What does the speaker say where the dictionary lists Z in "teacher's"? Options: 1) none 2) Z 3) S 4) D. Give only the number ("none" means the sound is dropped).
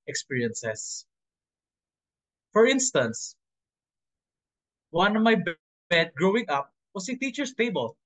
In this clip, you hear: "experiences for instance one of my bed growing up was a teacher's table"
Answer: 3